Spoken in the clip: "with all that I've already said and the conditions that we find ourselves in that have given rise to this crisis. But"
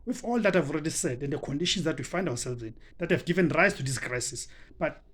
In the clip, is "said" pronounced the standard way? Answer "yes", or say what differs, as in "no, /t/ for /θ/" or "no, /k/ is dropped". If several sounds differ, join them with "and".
yes